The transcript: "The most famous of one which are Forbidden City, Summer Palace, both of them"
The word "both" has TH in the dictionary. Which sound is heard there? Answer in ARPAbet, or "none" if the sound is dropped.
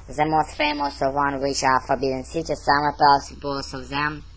S